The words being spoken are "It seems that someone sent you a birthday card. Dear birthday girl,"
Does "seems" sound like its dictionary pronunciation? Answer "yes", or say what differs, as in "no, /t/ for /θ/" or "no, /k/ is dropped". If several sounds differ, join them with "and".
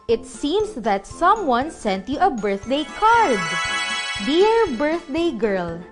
no, /s/ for /z/